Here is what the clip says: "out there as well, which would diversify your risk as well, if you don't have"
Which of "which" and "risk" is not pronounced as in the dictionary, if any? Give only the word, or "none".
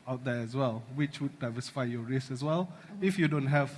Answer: risk